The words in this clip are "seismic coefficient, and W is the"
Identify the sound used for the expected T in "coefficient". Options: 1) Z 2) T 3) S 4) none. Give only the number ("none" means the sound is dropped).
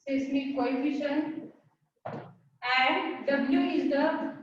4